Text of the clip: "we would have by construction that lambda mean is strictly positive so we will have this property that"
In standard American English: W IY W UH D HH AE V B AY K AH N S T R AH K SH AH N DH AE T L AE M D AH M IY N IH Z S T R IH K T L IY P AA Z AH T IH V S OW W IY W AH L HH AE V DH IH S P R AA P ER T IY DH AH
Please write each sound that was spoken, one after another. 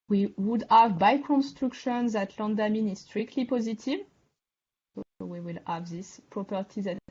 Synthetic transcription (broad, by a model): W IY W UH D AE V B AY K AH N S T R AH K SH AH N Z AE T L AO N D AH M IY N IH Z S T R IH K T L IY P AA Z AH T IH V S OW W IY W AH L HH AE V DH IH S P R AA P ER T IY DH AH